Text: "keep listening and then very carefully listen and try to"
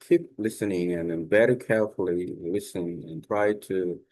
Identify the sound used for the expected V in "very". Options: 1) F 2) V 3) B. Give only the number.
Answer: 3